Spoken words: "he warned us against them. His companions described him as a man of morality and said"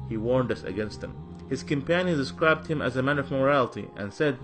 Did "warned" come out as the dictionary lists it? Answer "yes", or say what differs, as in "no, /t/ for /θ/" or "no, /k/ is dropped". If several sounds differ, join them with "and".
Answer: yes